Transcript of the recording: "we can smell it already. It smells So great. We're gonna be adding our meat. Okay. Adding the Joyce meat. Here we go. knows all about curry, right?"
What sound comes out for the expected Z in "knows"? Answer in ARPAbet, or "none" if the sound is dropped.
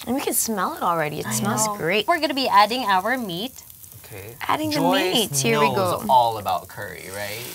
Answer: none